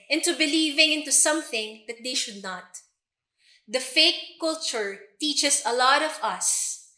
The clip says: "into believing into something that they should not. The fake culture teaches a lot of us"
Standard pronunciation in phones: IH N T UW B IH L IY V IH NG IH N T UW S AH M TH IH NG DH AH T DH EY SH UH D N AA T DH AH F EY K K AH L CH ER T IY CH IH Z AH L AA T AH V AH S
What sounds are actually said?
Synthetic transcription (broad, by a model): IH N T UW B IH L IY V IH NG IH N T UW S AH M TH IH NG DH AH T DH EY SH UH D N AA T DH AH F EY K K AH L CH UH T IY CH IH S AH L AA T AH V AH S